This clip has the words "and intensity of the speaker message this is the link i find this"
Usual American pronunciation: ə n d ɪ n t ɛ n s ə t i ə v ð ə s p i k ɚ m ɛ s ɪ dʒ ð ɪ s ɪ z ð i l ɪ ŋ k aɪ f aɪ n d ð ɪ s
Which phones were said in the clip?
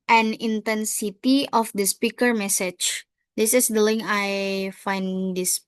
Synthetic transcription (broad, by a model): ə n ɪ n t ɛ n s ə t i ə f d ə s p i k ɚ m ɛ s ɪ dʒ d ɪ s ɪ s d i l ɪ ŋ aɪ f aɪ n d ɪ s